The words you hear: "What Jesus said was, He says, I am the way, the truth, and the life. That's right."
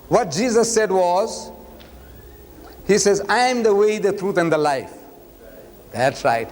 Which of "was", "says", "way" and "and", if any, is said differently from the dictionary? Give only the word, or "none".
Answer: none